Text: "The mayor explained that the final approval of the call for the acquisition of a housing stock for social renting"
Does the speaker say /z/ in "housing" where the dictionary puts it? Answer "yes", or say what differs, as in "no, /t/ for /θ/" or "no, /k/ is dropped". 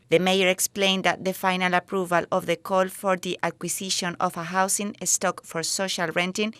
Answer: no, /s/ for /z/